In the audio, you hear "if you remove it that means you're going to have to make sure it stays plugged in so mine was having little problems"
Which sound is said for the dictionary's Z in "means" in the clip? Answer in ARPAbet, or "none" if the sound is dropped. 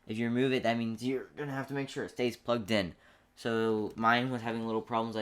Z